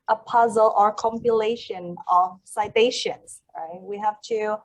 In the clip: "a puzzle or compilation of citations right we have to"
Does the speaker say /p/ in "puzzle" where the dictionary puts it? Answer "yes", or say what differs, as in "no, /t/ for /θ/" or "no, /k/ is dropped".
yes